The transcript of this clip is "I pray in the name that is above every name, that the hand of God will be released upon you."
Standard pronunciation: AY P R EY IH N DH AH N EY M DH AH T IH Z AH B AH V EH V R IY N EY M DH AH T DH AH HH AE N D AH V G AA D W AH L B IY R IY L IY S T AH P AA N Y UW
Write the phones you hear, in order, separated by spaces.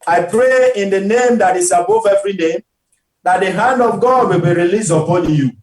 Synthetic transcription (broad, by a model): AY P R EY IH N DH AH N EY M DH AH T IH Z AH B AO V EH V R IY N EY M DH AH T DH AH HH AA N D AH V G AA D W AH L B IY R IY L IY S AH P AA N Y UW